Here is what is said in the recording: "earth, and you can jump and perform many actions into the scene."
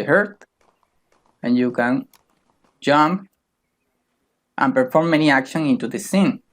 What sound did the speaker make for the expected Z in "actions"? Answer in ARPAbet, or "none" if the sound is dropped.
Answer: none